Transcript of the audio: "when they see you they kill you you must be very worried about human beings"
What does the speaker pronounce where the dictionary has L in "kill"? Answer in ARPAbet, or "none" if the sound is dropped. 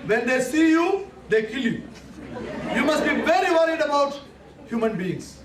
L